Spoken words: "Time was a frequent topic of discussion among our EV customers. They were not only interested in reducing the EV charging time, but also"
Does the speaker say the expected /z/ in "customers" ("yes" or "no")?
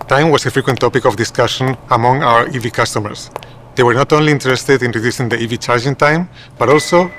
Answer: no